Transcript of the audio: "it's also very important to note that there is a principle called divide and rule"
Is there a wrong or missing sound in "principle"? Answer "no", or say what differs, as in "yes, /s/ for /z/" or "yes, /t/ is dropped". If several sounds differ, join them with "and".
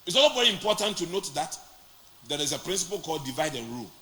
no